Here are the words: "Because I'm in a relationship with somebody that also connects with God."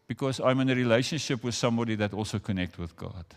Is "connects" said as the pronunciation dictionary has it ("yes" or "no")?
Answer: no